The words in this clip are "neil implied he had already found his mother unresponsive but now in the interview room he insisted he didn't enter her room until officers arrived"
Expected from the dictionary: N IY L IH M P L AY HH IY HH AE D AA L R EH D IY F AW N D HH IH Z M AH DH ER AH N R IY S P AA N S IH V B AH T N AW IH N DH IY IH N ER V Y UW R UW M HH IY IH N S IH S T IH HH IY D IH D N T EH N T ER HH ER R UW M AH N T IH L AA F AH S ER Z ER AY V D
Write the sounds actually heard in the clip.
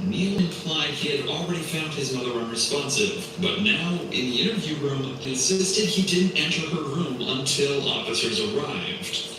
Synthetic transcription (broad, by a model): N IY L IH M P L AY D IY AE D L R EH D IY F AW N D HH IH Z M AH DH ER AH N R IY S P AA N S IH V B AH T N AW IH N DH IY IH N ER V Y UW R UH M IH N S IH S T IH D IY D IH D N T EH N T ER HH ER R UW M AH N T IH L AA F AH S ER Z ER AY V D